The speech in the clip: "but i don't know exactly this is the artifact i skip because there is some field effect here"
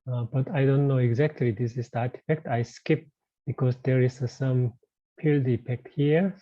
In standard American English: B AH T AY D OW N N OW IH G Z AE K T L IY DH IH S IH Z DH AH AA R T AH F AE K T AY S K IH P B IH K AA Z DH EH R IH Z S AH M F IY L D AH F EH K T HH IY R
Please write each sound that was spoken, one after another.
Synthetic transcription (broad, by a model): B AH T AY D OW N N OW IH G Z AE K T L IY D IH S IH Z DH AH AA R T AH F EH K T AY S K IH P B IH K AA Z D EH R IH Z S AH M P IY L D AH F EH K T HH IY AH